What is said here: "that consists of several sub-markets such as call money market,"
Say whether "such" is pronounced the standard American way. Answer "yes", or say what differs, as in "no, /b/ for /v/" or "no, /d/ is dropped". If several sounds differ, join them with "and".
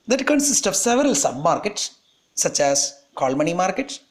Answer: yes